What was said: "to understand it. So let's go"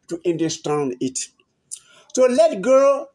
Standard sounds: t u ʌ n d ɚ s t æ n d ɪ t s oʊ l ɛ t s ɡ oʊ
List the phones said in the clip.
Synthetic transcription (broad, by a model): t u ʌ n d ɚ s t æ n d ɪ t s oʊ l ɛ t ɡ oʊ